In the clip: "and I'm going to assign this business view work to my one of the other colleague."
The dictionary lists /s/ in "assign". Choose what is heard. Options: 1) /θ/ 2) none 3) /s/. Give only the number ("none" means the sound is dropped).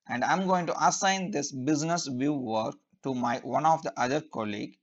3